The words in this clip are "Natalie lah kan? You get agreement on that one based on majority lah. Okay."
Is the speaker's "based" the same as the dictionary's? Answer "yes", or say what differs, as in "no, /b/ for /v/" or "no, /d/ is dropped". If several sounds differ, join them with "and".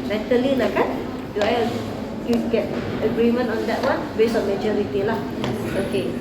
no, /t/ is dropped